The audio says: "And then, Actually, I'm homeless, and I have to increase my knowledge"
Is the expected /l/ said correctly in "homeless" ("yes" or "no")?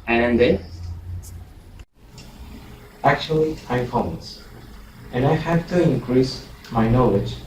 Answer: no